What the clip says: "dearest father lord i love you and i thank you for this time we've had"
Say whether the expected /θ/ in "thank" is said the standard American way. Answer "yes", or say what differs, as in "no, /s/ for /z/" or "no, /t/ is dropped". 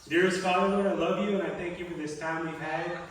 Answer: yes